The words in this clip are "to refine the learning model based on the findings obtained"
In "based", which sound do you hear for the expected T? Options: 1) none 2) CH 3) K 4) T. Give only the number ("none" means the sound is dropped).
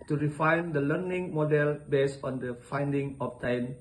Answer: 1